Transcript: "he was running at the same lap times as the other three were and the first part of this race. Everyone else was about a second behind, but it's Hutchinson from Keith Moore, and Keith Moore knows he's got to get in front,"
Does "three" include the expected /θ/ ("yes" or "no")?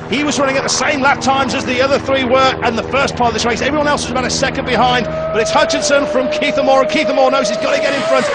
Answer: yes